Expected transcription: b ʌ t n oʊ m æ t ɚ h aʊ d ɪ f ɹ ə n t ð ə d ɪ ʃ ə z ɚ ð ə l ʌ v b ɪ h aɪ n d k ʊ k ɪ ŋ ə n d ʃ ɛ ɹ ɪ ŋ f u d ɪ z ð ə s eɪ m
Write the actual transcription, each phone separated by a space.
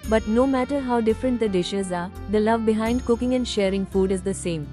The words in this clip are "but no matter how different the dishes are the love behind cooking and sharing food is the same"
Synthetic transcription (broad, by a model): b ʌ t n oʊ m æ t ɚ h aʊ d ɪ f ɹ ə n t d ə d ɪ ʃ ə z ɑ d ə l ʌ v b ɪ h aɪ n d k ʊ k ɪ ŋ ə n d ʃ ɛ ɹ ɪ ŋ f u d ɪ z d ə s eɪ m